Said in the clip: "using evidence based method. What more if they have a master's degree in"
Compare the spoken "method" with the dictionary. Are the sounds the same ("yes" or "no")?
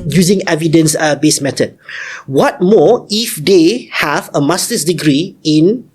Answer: no